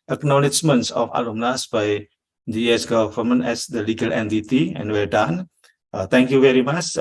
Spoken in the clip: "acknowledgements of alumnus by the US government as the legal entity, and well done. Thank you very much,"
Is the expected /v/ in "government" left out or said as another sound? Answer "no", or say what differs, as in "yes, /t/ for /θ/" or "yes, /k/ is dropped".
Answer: yes, /f/ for /v/